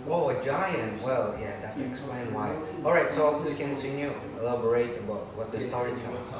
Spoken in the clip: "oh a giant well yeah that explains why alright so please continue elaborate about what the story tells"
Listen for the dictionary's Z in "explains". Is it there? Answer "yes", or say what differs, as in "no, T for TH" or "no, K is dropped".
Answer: no, Z is dropped